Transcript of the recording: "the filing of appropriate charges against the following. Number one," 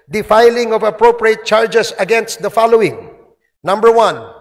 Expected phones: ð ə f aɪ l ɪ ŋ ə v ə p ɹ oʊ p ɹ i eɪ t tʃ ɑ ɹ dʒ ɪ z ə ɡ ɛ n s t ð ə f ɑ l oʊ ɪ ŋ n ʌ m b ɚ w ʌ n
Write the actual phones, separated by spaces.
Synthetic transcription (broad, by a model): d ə f aɪ l ɪ ŋ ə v ə p ɹ oʊ p ɹ i eɪ t tʃ ɑ ɹ dʒ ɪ s ə ɡ ɛ n s t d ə f ɑ l oʊ ɪ ŋ n ʌ m b ɚ w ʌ n